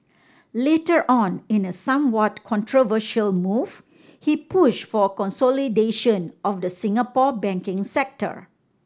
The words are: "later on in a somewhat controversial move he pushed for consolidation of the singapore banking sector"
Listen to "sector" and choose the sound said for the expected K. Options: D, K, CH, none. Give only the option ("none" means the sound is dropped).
K